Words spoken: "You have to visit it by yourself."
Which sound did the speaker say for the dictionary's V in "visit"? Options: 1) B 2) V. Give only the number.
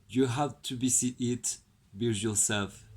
1